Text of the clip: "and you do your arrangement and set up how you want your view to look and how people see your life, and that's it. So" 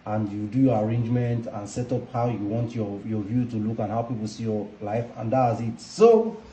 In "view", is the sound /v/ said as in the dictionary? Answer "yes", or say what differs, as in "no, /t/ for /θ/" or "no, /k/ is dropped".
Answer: yes